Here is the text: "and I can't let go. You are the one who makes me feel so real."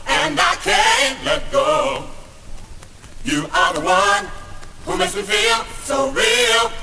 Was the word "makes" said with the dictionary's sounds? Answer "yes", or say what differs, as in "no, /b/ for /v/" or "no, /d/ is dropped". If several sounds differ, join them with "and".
no, /k/ is dropped